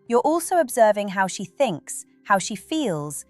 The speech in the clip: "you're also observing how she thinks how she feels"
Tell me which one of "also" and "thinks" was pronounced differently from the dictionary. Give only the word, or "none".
none